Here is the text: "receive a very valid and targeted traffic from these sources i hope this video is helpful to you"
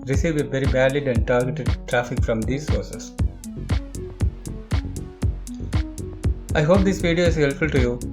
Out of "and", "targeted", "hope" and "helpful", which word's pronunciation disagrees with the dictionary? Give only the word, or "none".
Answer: helpful